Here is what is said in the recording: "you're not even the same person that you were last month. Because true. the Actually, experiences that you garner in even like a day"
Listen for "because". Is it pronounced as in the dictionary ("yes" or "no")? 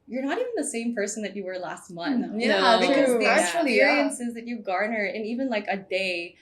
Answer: no